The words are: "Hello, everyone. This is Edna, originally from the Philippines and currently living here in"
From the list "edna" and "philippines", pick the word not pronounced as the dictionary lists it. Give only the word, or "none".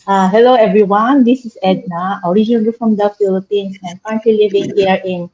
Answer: philippines